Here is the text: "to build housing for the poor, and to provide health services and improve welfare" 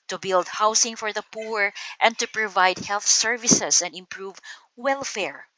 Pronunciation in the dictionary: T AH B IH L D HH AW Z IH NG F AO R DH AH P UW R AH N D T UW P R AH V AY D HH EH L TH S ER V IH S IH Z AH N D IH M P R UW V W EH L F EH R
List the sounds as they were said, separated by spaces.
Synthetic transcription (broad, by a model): T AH B IH L D HH AW S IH NG F AO R DH AH P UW R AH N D T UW P R AH V AY D HH EH L TH S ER V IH S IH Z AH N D IH M P R UW V W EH L F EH R